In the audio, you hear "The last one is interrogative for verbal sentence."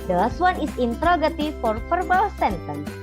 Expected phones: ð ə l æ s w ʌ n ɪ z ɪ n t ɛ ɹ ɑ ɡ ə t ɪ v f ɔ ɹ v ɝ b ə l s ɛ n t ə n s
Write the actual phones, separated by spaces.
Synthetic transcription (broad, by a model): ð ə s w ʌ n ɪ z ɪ n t ɹ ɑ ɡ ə t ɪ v f ɔ ɹ f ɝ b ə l s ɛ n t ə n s